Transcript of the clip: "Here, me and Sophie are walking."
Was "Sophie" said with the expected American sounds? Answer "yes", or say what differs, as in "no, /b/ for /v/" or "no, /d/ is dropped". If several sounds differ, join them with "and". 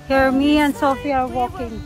yes